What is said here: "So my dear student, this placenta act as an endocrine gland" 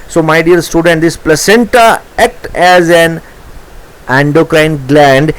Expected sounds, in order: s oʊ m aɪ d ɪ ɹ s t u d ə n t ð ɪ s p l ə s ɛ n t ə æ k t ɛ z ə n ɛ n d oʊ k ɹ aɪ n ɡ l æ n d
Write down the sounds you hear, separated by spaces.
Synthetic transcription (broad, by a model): s oʊ m aɪ d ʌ ɹ s t u d ə n t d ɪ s p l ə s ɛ n t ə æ k t ɛ z ə n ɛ n d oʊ k ɹ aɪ n ɡ l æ n d